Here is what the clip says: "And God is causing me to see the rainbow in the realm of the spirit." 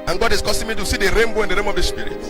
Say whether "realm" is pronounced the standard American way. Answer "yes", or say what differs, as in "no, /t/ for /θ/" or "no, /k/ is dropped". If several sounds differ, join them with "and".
no, /l/ is dropped